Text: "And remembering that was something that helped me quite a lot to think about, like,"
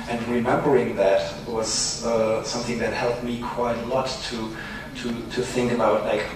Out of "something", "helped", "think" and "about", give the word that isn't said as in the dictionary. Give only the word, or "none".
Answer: none